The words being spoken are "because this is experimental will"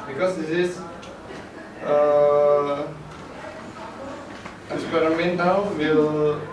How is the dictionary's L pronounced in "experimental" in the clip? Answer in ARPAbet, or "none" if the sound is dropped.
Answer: W